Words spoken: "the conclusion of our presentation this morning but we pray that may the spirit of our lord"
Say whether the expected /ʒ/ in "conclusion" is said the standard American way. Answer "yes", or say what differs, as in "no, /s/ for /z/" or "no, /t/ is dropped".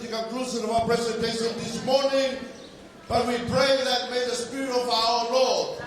no, /s/ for /ʒ/